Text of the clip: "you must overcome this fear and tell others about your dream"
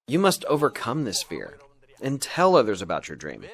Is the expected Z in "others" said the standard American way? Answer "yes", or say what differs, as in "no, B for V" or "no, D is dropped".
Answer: yes